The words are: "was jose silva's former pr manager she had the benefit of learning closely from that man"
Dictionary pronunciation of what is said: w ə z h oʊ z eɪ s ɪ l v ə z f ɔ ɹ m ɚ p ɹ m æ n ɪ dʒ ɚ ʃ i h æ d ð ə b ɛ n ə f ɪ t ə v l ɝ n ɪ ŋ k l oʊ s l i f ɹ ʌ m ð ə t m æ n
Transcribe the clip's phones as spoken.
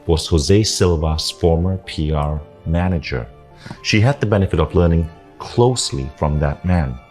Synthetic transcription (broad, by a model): w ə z h oʊ z eɪ s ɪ l v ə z f ɔ ɹ m ɚ p ɹ m æ n ɪ dʒ ɚ ʃ i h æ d ð ə b ɛ n ə f ɪ t ə v l ɝ n ɪ ŋ k l oʊ s l i f ɹ ʌ m ð ə t m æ n